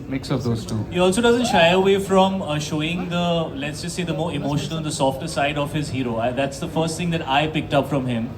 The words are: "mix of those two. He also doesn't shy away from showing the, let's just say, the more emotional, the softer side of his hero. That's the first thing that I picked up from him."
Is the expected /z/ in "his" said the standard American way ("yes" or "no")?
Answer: yes